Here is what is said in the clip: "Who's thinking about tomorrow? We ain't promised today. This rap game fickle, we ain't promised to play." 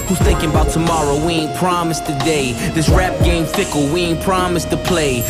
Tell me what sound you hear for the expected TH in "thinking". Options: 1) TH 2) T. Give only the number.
1